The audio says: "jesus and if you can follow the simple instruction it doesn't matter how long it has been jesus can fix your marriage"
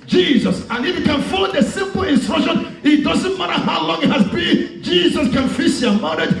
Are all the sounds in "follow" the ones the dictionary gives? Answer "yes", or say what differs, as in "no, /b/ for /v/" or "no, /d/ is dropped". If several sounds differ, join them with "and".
no, /l/ is dropped